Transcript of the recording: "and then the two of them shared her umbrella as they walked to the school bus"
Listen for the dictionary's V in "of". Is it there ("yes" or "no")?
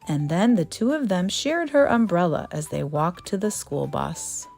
yes